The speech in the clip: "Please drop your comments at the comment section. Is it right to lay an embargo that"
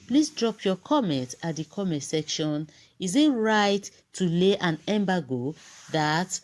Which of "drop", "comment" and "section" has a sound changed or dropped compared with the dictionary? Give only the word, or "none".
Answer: none